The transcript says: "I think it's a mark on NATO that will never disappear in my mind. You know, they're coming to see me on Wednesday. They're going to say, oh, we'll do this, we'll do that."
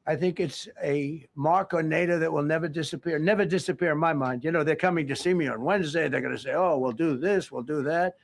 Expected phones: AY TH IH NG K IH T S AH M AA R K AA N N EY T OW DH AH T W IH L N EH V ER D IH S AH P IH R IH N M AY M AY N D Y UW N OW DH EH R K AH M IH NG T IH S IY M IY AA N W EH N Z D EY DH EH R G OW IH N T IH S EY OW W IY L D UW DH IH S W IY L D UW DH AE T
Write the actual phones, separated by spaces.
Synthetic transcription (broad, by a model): AY TH IH NG K IH T S AH M AA R K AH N N EY T OW DH AH T W IH L N EH V ER D IH S AH P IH R IH N M AY M AY N D Y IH N OW DH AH R K AH M IH NG T IH S IY M IY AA N W EH N Z D EY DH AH R G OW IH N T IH S EY OW W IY L D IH DH IH S W IY L D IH DH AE T